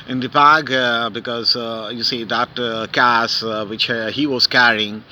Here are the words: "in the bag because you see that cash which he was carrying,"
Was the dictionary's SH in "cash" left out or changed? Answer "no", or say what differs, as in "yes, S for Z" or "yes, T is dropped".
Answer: yes, S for SH